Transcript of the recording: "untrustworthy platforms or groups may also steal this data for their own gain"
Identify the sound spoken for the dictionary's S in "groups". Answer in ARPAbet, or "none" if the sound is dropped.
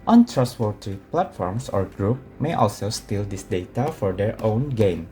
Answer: none